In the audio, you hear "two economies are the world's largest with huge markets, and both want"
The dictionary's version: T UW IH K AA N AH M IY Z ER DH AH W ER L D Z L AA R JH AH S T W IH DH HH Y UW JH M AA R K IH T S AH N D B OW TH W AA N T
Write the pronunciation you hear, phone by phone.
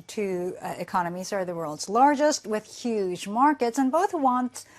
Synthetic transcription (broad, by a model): T UW IH K AA N AH M IY Z ER DH AH W ER L D Z L AA R JH AH S T W IH DH HH Y UW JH M AA R K IH T S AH N B OW TH W AA N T